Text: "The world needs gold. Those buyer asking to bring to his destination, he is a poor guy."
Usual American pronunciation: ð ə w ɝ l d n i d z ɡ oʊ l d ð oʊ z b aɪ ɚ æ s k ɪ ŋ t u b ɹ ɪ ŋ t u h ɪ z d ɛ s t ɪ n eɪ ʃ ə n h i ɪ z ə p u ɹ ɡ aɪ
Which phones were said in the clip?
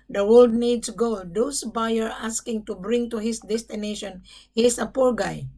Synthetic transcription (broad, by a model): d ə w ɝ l d n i d s ɡ oʊ d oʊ s b aɪ ɚ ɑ s k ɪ ŋ t u b ɹ ɪ ŋ t u h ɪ s d ɛ s t ɪ n eɪ ʃ ə n h i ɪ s ə p u ɹ ɡ aɪ